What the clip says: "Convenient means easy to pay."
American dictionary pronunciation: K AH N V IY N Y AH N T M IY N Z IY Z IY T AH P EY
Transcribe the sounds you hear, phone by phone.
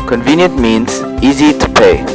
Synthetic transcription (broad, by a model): K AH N V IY N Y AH N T M IY N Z IY Z IY T AH P EY